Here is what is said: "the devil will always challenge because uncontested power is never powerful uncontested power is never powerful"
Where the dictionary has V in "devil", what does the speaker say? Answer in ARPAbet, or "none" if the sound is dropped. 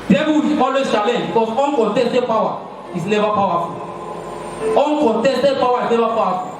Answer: B